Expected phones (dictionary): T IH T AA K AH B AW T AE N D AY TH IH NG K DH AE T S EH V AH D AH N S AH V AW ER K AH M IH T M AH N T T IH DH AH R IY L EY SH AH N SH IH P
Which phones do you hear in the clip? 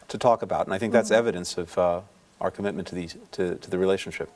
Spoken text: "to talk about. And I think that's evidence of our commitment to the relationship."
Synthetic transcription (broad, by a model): T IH T AA K AH B AW T N AY TH IH NG K DH AE T S EH V AH D AH N S AH V AW ER K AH M IH T M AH N T T IH DH AH R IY L EY SH N SH IH P